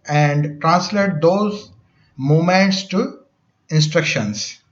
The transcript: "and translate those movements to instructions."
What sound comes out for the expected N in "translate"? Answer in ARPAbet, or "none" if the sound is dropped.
N